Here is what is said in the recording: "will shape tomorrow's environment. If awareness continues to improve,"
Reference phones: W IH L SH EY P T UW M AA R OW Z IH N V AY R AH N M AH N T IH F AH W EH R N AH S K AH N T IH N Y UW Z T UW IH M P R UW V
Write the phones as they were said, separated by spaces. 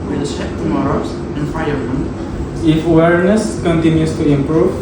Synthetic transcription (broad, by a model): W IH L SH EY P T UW M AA R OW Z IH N F AY AH M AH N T IH F AH W EH R N AH S K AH N T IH N Y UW S T UW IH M P R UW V